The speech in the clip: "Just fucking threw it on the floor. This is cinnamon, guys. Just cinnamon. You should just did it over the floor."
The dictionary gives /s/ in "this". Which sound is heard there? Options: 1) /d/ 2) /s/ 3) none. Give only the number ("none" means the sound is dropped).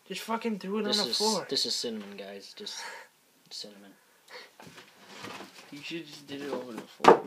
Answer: 2